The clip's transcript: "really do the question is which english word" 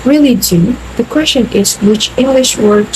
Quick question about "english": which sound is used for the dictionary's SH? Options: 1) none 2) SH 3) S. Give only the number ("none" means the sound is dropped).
2